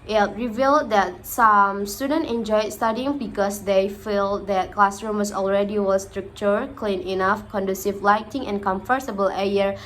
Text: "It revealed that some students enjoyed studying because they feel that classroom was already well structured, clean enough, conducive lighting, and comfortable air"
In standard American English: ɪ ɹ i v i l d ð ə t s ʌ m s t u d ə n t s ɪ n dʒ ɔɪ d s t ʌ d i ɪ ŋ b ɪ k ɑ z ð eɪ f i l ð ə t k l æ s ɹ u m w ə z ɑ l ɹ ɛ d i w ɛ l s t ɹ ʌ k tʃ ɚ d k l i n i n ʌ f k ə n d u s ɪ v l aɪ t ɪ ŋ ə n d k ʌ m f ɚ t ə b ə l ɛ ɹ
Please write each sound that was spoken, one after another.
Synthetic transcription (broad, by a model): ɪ ɹ i v i l d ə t s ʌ m s t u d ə n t ɪ n dʒ ɔɪ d s t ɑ d i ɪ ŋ b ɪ k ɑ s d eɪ f i l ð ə t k l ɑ s ɹ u m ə s ɑ l ɹ ɛ d i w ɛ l s t ɹ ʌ k tʃ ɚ k l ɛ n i n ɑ f k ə n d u s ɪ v l aɪ t ɪ ŋ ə n k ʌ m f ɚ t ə b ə l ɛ ɹ